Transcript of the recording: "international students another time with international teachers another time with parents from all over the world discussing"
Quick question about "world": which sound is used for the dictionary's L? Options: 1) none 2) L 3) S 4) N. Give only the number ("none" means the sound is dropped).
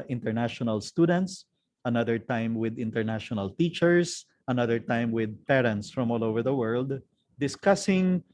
2